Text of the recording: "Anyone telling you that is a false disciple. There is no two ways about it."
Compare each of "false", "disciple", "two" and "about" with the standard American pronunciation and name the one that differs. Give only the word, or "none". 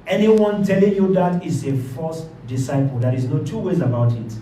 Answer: false